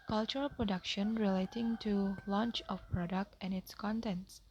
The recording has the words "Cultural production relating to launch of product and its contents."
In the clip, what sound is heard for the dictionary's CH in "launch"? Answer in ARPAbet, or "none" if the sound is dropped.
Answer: CH